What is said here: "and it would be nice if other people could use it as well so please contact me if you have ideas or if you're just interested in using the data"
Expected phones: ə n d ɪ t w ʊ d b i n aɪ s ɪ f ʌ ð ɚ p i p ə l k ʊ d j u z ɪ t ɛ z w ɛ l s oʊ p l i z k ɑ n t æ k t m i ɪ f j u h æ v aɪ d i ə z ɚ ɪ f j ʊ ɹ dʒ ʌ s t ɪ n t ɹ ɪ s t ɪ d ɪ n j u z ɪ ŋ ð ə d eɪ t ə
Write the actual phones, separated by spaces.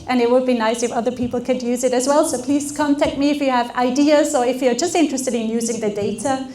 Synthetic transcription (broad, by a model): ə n ɪ t w ʊ d b i n aɪ s ɪ f ʌ ð ɚ p i p l k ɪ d j u z ɪ t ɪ z w ɛ l s oʊ p l i z k ɑ n t æ k t m i ɪ f j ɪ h v aɪ d i ə z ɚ ɪ f j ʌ ɹ dʒ ʌ s t ɪ n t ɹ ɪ s t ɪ d ɪ n j u z ɪ ŋ ð ə d eɪ t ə